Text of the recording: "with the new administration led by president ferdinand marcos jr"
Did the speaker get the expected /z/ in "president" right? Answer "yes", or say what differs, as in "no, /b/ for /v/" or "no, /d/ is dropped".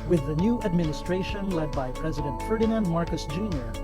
yes